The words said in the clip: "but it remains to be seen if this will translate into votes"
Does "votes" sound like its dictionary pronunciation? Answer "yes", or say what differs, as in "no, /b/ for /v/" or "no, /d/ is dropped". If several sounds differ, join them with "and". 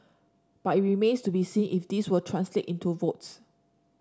yes